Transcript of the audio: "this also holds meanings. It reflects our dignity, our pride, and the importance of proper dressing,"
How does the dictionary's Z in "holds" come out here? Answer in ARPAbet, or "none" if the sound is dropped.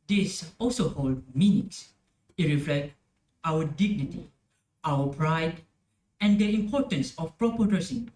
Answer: none